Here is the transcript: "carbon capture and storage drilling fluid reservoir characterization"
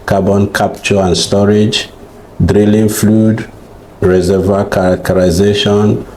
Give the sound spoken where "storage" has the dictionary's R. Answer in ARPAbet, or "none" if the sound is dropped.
R